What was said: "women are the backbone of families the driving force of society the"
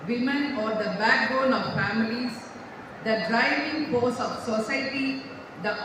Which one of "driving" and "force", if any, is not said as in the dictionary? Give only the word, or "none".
force